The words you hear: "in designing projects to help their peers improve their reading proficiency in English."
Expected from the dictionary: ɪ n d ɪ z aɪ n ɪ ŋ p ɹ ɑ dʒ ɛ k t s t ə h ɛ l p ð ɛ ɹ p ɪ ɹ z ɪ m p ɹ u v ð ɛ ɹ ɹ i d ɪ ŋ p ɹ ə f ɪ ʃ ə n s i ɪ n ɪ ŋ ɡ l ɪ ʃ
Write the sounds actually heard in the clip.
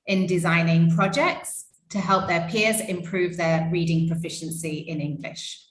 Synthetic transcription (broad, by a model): ɪ n d ɪ z aɪ n ɪ ŋ p ɹ ɑ dʒ ɛ k t s t ə h ɛ l p ð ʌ p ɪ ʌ z ɪ m p ɹ u v ð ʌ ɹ ɹ i d ɪ ŋ p ɹ ə f ɪ ʃ ə n s i ɪ n ɪ ŋ ɡ l ɪ ʃ